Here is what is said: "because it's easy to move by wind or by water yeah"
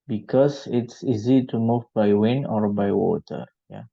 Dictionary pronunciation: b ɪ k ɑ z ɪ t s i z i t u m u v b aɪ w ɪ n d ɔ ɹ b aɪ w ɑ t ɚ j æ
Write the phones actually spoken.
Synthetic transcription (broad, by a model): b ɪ k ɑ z ɪ t s i z i t u m u v b aɪ w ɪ n ɔ ɹ b aɪ w ɑ t ɚ j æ